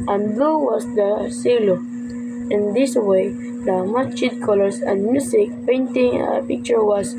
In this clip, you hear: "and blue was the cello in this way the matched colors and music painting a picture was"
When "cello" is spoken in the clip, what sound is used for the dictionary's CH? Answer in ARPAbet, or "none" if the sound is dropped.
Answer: S